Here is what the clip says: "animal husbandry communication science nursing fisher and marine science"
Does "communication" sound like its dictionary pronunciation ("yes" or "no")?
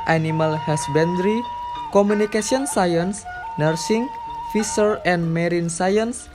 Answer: no